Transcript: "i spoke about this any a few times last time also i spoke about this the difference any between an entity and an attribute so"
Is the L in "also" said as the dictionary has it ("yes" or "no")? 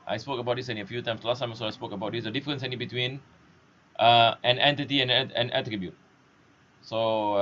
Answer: no